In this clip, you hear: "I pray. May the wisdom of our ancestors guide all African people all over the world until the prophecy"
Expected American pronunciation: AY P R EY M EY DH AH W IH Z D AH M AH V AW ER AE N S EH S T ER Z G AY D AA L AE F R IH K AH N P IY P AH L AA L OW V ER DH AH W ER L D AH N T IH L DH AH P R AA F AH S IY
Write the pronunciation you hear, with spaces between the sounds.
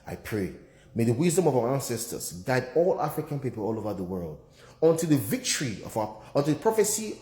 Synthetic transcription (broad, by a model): AY P R EY M EY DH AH W IH Z D AH M AH V AW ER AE N S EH S T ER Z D AY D AA L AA F R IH K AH N P IY P AH L AA L OW V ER DH AH W ER L D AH N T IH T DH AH P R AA F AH S IY